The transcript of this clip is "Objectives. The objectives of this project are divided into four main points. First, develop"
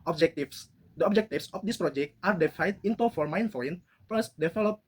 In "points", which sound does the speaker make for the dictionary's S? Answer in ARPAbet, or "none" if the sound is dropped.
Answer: none